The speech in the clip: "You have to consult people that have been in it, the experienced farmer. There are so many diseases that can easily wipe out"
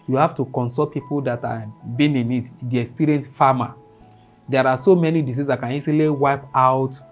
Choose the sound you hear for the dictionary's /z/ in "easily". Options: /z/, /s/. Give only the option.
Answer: /s/